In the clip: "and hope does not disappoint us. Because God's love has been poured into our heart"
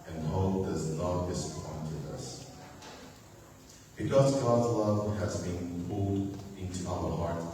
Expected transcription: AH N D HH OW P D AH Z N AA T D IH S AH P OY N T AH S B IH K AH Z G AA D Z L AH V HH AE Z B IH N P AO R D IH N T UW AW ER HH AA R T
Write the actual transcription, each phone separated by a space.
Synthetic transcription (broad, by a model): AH N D HH OW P D AH Z N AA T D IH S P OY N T AH S B IH K AH Z G AA D Z L AH V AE Z B IH N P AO L D IH N T UW AW ER HH AA R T